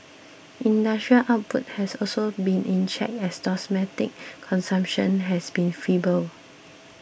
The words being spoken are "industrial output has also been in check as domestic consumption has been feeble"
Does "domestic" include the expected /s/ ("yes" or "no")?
no